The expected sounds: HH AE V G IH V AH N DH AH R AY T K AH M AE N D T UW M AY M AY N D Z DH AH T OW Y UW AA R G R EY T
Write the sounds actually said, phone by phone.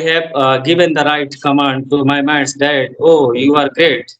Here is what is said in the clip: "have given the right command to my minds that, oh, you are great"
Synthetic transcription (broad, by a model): HH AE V G IH V AH N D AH R AY T K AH M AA N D T UW M AY M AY D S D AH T OW Y UW AA R G R EY T